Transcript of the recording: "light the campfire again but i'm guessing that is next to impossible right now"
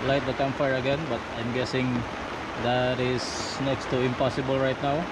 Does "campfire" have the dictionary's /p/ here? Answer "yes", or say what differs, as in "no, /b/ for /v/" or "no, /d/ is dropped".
no, /p/ is dropped